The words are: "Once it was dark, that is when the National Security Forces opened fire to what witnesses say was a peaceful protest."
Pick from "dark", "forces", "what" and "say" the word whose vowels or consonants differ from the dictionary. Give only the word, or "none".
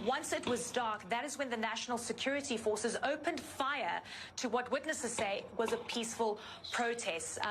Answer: none